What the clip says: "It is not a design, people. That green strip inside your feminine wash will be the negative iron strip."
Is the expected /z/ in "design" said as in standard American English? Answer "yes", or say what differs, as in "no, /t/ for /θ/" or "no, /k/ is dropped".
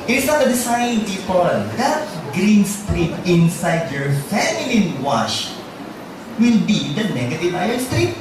no, /s/ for /z/